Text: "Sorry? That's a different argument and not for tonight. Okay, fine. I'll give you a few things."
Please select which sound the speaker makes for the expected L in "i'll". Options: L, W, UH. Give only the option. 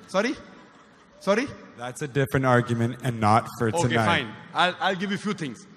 L